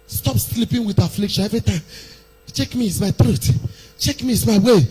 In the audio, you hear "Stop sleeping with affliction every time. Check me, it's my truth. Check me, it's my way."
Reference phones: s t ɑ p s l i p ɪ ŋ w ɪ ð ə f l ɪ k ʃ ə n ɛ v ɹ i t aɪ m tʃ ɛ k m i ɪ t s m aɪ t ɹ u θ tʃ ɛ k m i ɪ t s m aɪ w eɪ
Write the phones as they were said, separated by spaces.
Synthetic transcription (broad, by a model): s t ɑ p s l i p ɪ ŋ w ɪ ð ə f l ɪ k ʃ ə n ɛ v ɹ i t aɪ m tʃ ɛ k m i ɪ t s m aɪ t ɹ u t tʃ ɛ k m i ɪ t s m aɪ w eɪ